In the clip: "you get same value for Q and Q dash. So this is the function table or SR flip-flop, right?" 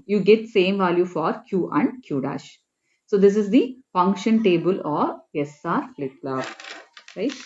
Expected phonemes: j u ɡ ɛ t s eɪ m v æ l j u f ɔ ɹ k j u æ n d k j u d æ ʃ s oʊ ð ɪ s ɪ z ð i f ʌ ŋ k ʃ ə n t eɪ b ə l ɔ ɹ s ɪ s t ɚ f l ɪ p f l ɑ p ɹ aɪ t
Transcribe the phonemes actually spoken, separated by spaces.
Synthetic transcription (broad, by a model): j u ɡ ɛ t s eɪ m v æ l j u f ɔ ɹ k j u æ n d k j u d æ ʃ s oʊ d ɪ s ɪ z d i f ʌ ŋ k ʃ ə n t eɪ b ə l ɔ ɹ s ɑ t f l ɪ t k l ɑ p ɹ aɪ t